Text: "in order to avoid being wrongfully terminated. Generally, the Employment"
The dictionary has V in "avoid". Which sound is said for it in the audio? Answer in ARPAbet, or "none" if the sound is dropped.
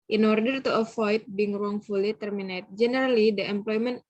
F